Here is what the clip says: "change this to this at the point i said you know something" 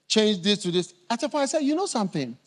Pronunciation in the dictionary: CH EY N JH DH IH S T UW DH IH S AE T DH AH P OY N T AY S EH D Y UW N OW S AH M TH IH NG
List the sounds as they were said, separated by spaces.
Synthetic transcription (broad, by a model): CH EY N JH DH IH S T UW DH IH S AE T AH F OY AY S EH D Y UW N OW S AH M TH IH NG